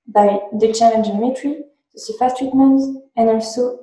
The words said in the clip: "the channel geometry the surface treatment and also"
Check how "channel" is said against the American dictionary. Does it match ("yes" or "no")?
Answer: no